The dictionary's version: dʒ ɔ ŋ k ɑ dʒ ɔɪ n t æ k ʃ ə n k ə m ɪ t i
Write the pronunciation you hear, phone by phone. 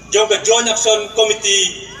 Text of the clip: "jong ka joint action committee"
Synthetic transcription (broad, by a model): dʒ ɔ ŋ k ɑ dʒ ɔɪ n ɑ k s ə n k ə m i t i